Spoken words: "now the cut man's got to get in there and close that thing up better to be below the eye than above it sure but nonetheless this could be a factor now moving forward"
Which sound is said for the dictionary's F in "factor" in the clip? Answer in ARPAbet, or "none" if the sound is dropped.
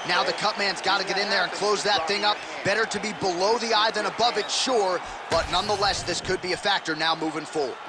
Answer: F